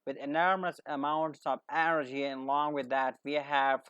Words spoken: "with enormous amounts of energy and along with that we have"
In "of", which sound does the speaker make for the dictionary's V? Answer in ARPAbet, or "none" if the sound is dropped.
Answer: V